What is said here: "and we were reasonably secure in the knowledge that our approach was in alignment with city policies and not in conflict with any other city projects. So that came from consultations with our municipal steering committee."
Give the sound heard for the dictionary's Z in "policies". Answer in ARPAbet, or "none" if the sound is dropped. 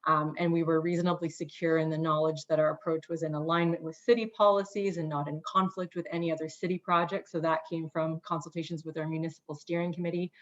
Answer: Z